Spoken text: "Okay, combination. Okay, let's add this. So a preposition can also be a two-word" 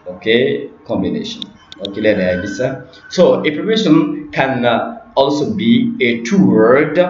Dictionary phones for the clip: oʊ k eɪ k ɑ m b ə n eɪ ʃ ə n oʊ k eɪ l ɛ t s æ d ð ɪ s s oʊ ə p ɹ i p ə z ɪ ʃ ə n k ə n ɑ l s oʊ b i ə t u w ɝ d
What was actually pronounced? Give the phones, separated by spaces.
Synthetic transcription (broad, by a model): oʊ k eɪ k ɑ m b ə n eɪ ʃ ə n oʊ k eɪ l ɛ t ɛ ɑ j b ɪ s s oʊ ə p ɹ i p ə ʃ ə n k ə n ɑ l s oʊ b i ə t u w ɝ d